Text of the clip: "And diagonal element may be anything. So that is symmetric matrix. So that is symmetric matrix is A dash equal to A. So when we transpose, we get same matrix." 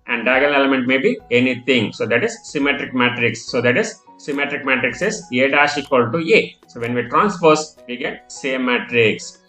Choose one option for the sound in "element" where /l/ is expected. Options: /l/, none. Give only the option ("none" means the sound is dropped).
none